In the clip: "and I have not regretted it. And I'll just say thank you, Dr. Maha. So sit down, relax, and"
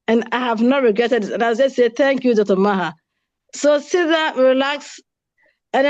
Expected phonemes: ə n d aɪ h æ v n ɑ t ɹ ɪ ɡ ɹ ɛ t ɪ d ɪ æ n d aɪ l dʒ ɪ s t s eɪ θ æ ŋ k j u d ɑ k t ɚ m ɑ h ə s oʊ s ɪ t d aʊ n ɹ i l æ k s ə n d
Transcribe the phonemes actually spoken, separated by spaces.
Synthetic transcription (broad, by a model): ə n aɪ h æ v n ɑ t ɹ ɪ ɡ ɹ ɛ t ɪ d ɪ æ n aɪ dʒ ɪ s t s eɪ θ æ ŋ k j u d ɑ t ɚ m ɑ h ə s oʊ s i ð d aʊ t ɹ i l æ k s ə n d